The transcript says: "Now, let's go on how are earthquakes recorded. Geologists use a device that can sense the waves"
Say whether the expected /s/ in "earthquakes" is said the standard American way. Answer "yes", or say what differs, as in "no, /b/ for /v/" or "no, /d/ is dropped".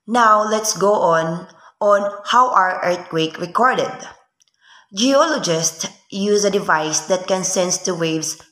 no, /s/ is dropped